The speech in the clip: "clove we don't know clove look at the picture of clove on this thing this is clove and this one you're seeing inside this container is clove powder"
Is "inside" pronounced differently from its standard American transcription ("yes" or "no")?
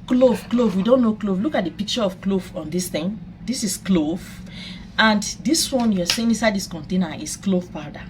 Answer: yes